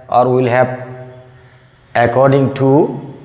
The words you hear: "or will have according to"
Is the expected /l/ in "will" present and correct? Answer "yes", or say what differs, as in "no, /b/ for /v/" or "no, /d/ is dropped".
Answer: yes